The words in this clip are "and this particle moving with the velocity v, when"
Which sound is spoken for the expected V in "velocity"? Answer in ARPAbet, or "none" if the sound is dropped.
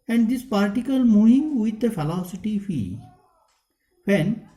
F